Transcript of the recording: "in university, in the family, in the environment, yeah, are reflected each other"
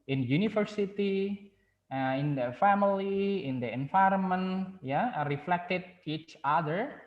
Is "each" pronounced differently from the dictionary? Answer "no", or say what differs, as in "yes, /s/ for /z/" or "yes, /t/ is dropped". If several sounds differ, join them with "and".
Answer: no